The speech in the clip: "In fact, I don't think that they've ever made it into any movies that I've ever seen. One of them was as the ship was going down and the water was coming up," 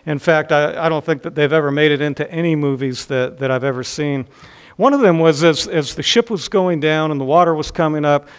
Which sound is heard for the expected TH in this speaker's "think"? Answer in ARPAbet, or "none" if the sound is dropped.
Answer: TH